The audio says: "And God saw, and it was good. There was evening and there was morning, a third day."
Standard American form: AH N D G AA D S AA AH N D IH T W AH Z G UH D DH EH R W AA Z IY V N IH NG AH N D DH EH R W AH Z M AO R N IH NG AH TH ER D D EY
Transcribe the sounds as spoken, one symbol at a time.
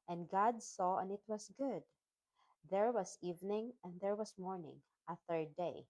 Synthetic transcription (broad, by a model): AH N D G AA D S AA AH N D IH T W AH S G UH D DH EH R W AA S IY V N IH NG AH N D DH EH R W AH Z M AO R N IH NG AH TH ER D D EY